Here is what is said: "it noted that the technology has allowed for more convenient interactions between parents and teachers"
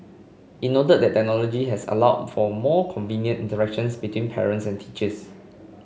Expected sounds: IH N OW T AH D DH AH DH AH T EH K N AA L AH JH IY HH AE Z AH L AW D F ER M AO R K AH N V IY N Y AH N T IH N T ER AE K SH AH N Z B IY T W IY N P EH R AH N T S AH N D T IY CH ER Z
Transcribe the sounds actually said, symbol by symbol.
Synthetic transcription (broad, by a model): IH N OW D AH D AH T T EH K N AA L AH JH IY HH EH S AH L AW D F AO M AO K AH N V IY N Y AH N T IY N T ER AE K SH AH N S B IY T W IY N P EH R AH N T S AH N T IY CH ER S